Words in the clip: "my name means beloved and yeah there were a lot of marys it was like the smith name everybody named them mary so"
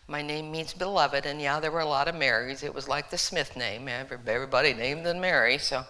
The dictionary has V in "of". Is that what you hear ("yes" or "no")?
yes